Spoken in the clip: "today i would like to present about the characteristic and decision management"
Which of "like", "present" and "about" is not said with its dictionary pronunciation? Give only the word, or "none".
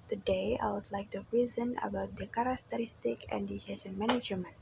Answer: present